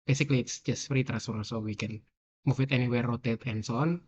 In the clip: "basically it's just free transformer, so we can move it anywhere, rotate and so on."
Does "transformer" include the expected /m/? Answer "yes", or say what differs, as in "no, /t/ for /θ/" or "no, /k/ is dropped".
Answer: no, /m/ is dropped